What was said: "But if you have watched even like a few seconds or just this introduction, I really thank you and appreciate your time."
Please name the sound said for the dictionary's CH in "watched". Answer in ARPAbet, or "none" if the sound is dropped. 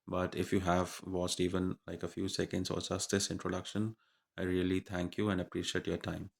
S